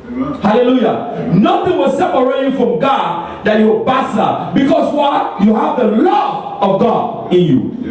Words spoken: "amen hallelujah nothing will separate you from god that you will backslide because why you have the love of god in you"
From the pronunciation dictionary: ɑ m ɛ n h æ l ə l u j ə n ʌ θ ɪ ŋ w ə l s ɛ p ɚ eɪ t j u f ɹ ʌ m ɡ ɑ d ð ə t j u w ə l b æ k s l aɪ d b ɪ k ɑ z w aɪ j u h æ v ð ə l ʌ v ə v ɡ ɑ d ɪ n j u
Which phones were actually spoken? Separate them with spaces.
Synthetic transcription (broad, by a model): h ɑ l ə l u j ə n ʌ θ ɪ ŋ w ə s s ɛ p ɚ eɪ t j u f ɹ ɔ m ɡ ɑ d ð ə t j u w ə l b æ s aɪ b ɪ k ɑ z w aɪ j u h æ v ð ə l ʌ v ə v ɡ ɑ d ɪ n j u